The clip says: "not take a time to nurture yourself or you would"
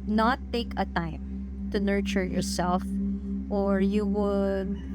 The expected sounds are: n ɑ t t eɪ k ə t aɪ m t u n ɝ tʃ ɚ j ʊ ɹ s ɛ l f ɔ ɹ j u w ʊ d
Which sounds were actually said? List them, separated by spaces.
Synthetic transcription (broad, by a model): n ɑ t t eɪ k ə t aɪ m t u n ɝ tʃ ɚ j ʊ ɹ s ɛ l f ɔ ɹ j u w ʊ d